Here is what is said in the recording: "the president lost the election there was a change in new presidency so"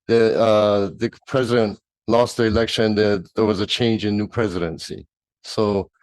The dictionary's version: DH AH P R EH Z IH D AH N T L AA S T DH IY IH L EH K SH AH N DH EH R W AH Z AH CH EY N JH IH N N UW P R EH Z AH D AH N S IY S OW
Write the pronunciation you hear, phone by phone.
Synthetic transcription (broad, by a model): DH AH P R EH Z IH D AH N T L AA S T DH IY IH L EH K SH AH N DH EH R W AH Z AH CH EY N JH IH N N UW P R EH Z AH D AH N S IY S OW